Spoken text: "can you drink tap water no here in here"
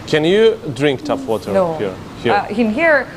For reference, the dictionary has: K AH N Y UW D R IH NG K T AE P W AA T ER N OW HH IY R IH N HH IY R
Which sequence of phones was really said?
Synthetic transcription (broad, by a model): K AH N Y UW D R IH NG K T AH F W AA T ER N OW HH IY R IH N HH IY R